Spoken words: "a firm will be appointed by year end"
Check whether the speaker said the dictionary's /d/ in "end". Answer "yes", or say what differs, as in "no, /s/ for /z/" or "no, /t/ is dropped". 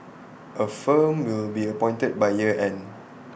no, /d/ is dropped